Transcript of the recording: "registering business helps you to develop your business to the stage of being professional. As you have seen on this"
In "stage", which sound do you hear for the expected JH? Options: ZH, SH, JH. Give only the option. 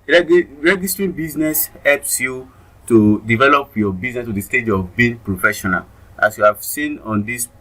JH